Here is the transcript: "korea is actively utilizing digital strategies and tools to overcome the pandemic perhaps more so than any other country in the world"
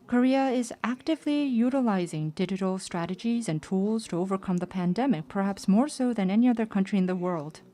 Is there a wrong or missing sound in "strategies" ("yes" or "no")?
no